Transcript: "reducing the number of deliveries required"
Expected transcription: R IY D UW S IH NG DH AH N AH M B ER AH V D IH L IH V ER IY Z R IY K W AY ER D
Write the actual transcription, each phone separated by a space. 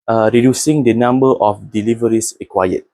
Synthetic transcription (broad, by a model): R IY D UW S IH NG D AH N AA M B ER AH F D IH L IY V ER IY S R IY K W AY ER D